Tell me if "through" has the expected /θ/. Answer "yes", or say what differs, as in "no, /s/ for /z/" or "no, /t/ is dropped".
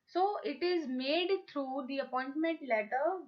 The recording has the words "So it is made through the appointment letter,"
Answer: no, /t/ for /θ/